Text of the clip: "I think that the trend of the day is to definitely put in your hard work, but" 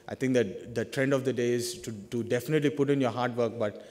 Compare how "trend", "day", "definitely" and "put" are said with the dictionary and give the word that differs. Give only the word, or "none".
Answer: none